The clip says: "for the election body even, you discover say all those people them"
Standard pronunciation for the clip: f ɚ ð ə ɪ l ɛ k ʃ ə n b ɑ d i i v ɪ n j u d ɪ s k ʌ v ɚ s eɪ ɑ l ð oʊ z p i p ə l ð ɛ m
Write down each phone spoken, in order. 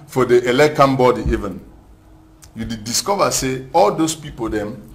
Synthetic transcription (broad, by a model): f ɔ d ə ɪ l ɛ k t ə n b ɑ d i i v ɪ n j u d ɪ s k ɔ v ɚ s eɪ ɑ l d oʊ s p i p ə l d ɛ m